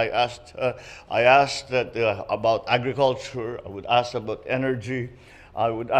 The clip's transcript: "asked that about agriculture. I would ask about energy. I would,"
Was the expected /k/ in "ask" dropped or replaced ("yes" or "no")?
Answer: yes